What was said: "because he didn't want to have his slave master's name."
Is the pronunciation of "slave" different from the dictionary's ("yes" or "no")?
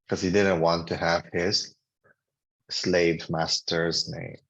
no